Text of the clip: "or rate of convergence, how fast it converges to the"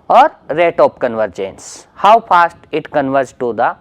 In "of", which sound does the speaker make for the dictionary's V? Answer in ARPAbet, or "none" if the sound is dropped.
P